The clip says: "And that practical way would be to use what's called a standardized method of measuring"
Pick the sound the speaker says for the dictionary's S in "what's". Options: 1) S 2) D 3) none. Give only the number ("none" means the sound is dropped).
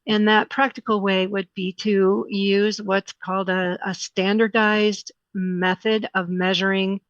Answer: 1